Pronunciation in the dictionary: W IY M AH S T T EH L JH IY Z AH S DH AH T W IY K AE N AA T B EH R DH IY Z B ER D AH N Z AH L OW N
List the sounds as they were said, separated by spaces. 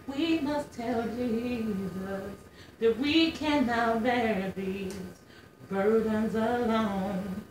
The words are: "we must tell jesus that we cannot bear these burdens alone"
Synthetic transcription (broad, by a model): W IY M AH S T T EH L JH IY Z AH S DH AH T W IY K AE N AA T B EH R DH IY Z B ER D N Z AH L OW N